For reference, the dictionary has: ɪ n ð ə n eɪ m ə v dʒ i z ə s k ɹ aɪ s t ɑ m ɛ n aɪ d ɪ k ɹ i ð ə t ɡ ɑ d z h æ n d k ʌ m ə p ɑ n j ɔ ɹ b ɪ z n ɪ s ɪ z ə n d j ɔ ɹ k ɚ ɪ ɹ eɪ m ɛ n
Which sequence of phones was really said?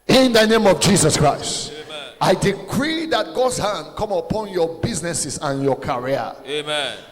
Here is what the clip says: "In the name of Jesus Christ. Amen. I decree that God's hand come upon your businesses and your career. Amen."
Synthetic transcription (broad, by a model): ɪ n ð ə n eɪ m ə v dʒ i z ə s k ɹ aɪ s t ɑ ɪ d ɪ k ɹ i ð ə t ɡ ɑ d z h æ n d k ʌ m ə p ɑ n j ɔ b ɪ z n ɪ s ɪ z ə n j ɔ k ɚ ɹ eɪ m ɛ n